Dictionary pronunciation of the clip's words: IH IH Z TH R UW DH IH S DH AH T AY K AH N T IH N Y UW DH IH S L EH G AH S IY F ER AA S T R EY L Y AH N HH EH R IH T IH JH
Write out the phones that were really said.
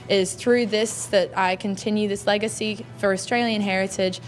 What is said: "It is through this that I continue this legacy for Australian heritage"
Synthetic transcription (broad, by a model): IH IH Z TH R UW DH IH S DH AH T AY K AH N T IH N Y UW DH IH S L EH G AH S IY F ER AA S T R EY L Y AH N HH EH R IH T IH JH